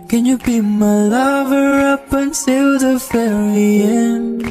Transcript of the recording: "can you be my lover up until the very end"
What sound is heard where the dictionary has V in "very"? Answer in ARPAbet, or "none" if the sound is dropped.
F